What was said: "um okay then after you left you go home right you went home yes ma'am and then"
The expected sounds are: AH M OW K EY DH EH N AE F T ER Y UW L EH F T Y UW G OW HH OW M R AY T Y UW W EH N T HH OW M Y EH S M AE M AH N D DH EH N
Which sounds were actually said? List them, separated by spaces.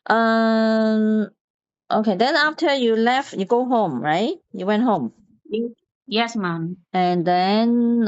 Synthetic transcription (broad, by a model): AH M OW K EY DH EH N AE F T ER Y UW L EH F T Y UW G OW HH OW M R AY T Y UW W EH N T HH OW M Y EH S M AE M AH N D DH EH N